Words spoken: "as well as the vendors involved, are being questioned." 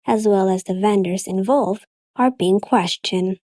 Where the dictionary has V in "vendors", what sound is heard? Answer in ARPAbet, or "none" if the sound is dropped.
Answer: V